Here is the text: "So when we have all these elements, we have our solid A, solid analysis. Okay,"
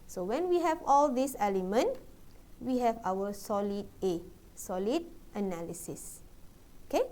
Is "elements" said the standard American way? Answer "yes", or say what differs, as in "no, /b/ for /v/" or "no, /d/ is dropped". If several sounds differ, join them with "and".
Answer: no, /s/ is dropped